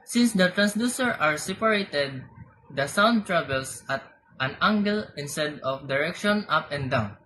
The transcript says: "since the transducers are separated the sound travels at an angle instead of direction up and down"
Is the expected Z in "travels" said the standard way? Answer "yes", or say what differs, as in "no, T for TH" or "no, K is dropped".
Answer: no, S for Z